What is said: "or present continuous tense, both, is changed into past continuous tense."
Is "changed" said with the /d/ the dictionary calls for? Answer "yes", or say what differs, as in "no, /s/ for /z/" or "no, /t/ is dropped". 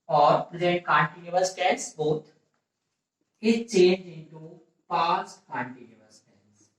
no, /d/ is dropped